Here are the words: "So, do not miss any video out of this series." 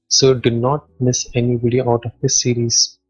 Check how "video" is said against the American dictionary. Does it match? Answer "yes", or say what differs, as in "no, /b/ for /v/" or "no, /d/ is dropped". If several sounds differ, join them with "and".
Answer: no, /b/ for /v/